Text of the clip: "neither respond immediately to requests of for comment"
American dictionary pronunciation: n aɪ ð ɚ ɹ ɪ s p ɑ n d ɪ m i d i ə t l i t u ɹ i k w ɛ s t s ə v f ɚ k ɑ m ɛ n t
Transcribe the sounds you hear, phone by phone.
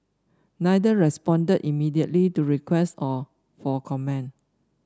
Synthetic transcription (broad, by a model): n aɪ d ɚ ɹ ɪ s p ɑ n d ɪ m i d i ə t l i t u ɹ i k w ɛ s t ə f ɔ k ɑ m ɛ n